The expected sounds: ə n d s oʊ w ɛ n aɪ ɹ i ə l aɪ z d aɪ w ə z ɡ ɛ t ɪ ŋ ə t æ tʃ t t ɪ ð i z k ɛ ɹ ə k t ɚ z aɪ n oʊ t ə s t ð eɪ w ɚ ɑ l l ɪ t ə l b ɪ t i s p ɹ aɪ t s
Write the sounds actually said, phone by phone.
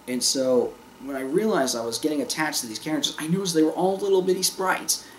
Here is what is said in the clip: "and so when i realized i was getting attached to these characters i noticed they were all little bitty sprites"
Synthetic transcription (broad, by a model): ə n s oʊ w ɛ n aɪ ɹ i ə l aɪ z d aɪ w ə z ɡ ɛ t ɪ ŋ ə t æ tʃ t t ɪ ð i z k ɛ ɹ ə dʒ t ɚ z aɪ n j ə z ð eɪ w ɚ ɑ l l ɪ t l b ɪ t i s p ɹ aɪ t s